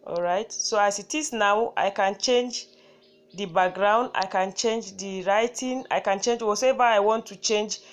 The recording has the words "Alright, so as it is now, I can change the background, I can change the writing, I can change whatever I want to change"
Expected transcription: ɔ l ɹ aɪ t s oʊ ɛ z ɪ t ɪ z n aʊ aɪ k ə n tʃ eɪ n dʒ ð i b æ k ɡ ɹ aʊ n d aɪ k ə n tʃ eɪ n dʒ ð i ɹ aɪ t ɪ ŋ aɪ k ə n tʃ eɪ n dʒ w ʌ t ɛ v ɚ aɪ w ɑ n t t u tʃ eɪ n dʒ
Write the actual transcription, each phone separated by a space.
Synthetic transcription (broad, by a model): ɔ l ɹ aɪ t s oʊ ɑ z ɪ t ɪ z n aʊ aɪ k ə n tʃ eɪ n dʒ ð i b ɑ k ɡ ɹ aʊ n d aɪ k ə n tʃ eɪ n dʒ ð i ɹ aɪ t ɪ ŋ aɪ k ə n tʃ eɪ n dʒ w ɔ s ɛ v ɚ aɪ w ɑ n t t u tʃ eɪ n dʒ